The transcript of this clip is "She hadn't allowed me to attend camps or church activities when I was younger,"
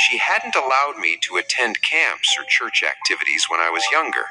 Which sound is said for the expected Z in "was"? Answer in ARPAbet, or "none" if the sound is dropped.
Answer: Z